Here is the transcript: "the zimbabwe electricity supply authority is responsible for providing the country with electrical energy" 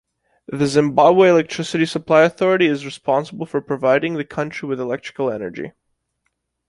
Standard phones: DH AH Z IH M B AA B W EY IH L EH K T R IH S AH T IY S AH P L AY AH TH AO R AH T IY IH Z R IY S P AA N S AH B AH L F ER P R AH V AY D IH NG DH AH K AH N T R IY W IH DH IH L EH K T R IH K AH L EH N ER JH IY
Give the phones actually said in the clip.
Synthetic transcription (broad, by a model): DH AH Z IH M B AA B W EY IH L EH K T R IH S AH T IY S AH P L AY AH TH AO R AH T IY IH Z R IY S P AA N S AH B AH L F ER P R AH V AY D IH NG DH AH K AH N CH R IY W IH DH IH L EH K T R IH K L EH N ER JH IY